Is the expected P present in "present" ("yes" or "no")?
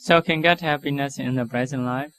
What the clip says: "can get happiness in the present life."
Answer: no